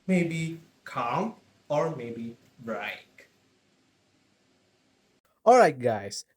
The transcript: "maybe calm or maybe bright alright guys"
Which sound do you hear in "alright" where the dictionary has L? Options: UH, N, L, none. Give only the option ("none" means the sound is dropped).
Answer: L